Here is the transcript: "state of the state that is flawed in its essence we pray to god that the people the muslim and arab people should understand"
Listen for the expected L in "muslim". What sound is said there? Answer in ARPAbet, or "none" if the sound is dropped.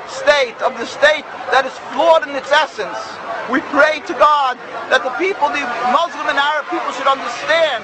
L